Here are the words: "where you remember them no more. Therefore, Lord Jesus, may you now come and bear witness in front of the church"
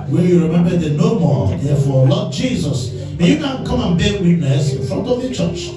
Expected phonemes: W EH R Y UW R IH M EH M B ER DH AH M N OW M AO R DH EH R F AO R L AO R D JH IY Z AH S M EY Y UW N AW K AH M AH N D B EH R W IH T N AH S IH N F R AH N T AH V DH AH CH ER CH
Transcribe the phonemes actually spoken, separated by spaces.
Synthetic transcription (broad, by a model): W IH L Y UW R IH M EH M B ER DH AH N OW M AO R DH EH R F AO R L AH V JH IY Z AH S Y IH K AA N K AH M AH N B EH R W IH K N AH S IH N F R AH N T AH V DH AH CH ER CH